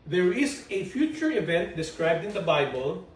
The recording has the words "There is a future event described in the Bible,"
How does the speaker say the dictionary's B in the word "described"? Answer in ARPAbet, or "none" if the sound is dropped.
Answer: B